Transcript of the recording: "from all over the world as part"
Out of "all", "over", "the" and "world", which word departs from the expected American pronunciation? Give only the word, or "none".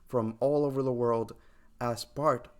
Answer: none